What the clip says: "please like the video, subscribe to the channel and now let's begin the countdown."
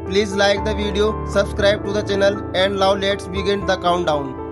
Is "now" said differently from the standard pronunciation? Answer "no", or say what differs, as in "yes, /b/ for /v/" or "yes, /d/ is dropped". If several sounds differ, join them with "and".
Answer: yes, /l/ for /n/